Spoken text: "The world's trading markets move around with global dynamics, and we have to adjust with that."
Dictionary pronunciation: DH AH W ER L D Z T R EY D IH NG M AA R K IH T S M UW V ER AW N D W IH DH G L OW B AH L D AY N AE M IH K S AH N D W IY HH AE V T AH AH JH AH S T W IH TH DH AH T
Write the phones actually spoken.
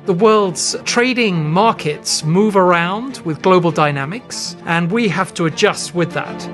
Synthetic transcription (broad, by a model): DH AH W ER L D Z T R EY D IH NG M AA R K IH T S M UW V ER AW N D W IH DH G L OW B AH L D AY N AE M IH K S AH N W IY HH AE F T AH AH JH AH S T W IH DH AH T